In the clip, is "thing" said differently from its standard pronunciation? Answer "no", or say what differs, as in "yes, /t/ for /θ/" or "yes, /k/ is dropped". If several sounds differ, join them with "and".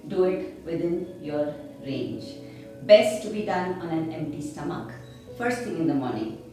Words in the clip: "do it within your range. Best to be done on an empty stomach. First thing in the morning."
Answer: yes, /s/ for /θ/